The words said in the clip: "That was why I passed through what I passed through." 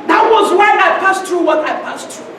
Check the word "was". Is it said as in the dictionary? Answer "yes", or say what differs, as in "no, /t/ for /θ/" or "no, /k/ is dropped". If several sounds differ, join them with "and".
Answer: yes